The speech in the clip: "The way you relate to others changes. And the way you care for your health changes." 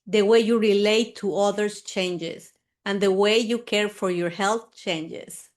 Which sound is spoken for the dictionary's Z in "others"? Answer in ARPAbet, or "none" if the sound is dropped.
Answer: S